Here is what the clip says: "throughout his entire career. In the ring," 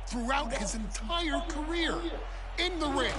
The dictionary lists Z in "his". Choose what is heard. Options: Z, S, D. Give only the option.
Z